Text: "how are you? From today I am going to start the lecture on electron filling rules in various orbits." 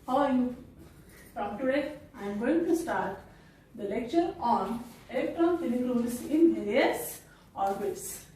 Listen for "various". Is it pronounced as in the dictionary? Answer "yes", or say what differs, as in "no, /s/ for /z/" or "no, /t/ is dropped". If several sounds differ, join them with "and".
no, /l/ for /ɹ/